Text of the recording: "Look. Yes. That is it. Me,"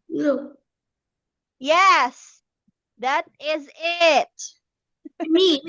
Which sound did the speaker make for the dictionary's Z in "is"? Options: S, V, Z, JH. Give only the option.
Z